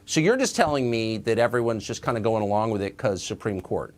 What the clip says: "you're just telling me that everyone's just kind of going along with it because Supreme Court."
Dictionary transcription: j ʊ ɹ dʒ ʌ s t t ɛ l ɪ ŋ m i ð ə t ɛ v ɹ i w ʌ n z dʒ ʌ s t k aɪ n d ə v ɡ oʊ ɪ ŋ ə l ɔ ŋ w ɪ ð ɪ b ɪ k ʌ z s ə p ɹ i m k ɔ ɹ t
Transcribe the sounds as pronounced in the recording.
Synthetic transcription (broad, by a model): j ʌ ɹ dʒ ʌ s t t ɛ l ɪ ŋ m i ð ə t ɛ v ɹ i w ʌ n z dʒ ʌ s k aɪ n d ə ɡ oʊ ɪ ŋ ə l ɔ ŋ w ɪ ð ɪ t k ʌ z s ə p ɹ i m k ɔ ɹ t